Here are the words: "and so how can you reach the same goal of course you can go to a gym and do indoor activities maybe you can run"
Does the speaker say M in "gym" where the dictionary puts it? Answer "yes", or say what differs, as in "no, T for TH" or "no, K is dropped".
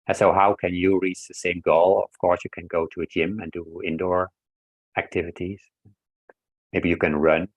yes